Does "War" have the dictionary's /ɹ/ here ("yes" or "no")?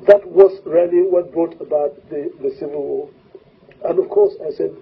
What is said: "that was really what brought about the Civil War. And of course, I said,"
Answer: no